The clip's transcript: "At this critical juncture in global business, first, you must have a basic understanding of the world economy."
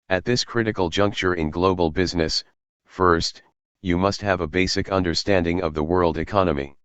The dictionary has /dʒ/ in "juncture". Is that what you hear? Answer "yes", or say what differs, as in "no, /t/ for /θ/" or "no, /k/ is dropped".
yes